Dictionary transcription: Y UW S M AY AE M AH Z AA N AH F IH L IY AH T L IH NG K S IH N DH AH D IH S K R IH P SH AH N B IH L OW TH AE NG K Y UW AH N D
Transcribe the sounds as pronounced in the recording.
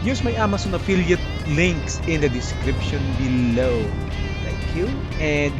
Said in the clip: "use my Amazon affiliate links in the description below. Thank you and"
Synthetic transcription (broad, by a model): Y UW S M AY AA M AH S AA N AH F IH L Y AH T L IH NG K S IH N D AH D IH S K R IH P SH AH N B IH L OW T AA K Y UW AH N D